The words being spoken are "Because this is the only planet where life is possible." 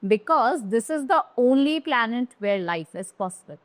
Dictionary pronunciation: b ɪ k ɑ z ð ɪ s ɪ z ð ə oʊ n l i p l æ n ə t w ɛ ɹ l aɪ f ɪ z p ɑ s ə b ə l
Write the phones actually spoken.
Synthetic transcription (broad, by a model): b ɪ k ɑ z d ɪ s ɪ z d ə oʊ n l i p l æ n ə t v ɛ ɹ l aɪ f ɪ z p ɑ s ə b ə l